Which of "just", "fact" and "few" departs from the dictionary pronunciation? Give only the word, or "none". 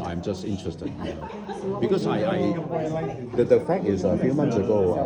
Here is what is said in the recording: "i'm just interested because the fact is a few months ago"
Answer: fact